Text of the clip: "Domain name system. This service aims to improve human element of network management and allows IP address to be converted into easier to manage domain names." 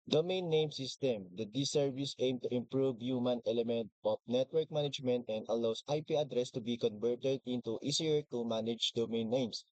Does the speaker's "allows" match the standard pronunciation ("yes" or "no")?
no